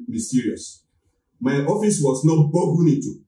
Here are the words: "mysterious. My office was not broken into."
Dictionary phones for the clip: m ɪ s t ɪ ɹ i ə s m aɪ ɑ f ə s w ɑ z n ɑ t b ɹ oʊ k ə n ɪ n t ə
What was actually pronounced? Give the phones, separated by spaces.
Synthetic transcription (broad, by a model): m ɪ s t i ɹ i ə s m aɪ ɑ f ə s w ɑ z n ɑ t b oʊ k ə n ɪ t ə